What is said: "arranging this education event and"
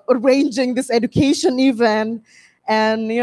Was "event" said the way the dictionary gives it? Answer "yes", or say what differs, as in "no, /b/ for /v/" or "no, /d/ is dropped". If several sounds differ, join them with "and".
no, /t/ is dropped